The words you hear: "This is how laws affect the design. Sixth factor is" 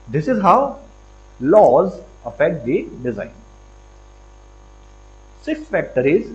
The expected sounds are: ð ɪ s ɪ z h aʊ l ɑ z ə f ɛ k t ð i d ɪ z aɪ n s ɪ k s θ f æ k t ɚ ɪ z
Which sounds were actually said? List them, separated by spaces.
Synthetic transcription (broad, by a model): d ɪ s ɪ z h aʊ l ɑ z ə f ɛ k t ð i d ɪ z aɪ n s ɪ k s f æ k t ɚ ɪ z